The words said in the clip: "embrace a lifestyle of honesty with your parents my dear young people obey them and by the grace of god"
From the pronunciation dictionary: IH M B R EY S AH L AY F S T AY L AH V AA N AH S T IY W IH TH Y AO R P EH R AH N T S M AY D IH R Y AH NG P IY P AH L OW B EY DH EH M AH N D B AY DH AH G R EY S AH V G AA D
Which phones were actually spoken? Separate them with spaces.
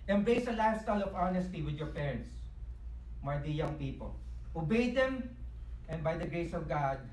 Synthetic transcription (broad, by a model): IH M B EY S AH L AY S T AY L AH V AA N AH S T IY W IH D Y AO R P EH R AH N T S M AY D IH Y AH NG P IY P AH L OW B EY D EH M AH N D B AY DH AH G R EY S AH V G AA D